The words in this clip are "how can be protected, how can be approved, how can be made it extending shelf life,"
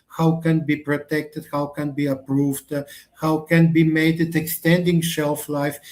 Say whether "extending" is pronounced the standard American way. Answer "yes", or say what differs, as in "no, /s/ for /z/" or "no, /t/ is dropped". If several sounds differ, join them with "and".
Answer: yes